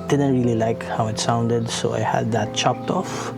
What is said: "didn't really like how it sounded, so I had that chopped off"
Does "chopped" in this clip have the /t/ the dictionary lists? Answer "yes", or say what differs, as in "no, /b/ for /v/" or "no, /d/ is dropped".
yes